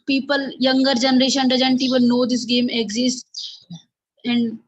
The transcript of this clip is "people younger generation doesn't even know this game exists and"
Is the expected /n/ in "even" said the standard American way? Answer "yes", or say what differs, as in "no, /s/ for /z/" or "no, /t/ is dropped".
no, /l/ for /n/